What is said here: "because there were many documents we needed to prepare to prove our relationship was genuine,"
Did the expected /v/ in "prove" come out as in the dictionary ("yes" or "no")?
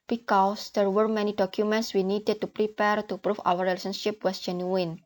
no